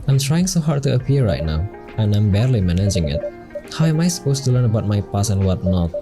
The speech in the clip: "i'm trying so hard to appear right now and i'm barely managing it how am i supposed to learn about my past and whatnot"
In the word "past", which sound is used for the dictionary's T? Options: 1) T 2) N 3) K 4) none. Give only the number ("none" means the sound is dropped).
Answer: 4